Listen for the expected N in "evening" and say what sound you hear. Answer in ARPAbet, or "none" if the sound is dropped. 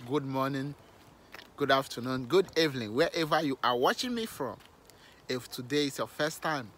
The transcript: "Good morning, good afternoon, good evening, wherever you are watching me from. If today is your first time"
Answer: L